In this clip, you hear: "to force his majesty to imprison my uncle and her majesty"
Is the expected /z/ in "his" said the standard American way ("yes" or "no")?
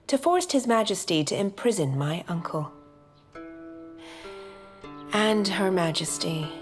yes